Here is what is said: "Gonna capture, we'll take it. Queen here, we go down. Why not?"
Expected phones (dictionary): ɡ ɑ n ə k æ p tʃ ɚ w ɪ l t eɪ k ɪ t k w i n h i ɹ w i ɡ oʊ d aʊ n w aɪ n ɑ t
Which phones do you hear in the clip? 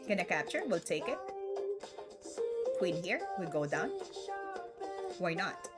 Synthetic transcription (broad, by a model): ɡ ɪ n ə k æ p tʃ ɚ w ɪ l t eɪ k ɪ t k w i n h i ɹ w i ɡ oʊ d aʊ n w aɪ n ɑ t